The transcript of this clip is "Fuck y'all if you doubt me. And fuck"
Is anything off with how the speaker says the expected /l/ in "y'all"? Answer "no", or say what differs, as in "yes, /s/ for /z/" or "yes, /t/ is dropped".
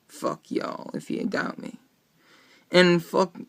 no